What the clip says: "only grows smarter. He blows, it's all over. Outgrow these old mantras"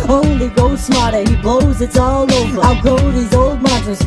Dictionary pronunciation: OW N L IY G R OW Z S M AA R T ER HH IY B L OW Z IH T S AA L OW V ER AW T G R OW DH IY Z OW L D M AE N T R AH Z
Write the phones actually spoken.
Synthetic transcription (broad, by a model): OW N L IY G OW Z S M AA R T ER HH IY B L OW Z IH T S AA L OW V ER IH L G OW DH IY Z OW L D M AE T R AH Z